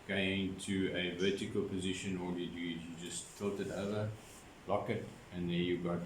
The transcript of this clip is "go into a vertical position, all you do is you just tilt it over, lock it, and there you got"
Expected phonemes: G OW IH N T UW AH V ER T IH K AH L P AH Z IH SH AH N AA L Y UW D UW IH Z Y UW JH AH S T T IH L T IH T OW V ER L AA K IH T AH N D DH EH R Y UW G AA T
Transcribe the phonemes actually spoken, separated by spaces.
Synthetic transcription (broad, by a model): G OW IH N T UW AH V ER T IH K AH L P AH Z IH SH AH N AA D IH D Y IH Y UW JH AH S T T IH L T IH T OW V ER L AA K IH T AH N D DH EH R Y UW G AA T